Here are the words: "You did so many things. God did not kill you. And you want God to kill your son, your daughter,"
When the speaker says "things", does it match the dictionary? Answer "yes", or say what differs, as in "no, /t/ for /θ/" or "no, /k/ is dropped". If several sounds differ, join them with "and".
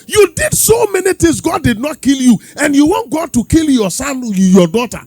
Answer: no, /t/ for /θ/